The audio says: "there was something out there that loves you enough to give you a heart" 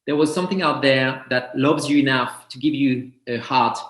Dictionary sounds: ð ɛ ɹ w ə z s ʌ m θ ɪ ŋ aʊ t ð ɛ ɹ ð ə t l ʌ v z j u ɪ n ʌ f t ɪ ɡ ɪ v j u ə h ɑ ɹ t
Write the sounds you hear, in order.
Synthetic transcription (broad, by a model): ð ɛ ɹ w ə z s ʌ m θ ɪ ŋ aʊ t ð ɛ ɹ ð ə t l ʌ v z j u ɪ n ʌ f t ɪ ɡ ɪ v j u ə h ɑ ɹ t